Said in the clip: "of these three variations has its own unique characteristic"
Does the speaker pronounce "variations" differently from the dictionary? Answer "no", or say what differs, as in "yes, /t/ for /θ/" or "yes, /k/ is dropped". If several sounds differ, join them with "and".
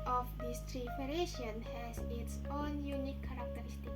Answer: yes, /f/ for /v/ and /z/ is dropped